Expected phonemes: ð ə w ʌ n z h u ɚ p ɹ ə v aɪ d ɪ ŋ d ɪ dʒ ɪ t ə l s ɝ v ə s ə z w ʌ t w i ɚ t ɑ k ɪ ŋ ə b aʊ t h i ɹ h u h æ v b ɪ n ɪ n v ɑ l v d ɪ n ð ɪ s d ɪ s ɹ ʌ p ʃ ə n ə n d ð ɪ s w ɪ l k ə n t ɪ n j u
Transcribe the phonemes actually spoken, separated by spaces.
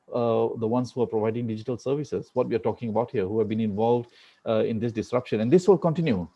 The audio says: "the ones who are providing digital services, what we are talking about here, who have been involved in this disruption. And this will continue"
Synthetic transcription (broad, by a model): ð ə w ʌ n s h u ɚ p ɹ ə v aɪ d ɪ ŋ d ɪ dʒ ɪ t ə l s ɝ v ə s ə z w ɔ t w i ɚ t ɑ k ɪ ŋ ə b aʊ t h i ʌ h u h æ v b ɪ n ɪ n v ɑ l v d ɪ n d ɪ s d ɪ s ɹ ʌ p ʃ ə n ə n d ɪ s w ɪ l k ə n t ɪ n j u